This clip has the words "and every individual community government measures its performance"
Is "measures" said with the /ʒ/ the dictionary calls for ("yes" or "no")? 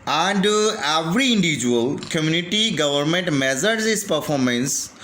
no